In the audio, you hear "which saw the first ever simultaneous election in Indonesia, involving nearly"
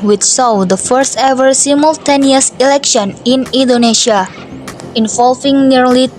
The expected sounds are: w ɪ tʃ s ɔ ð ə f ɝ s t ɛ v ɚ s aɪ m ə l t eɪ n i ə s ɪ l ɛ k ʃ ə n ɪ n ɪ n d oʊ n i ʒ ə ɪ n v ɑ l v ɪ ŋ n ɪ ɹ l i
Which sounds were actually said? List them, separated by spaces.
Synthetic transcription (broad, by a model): w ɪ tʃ s ɔ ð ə f ɝ s t ɛ v ɚ s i m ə l t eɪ n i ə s ɪ l ɛ k ʃ ə n ɪ n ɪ n d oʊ n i ʃ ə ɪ n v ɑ l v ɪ ŋ n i ɹ l i